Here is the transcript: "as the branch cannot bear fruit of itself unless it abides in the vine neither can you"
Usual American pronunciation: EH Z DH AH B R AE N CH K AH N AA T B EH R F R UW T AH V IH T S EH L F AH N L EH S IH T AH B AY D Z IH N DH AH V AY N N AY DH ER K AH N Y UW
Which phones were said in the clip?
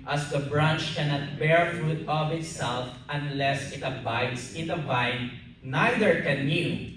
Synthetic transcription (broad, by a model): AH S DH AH B R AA N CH K AH N AA T B EH R F R UW T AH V IH T S EH L F AH N L EH S IH T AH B AY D S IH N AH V AY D N AY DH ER K AH N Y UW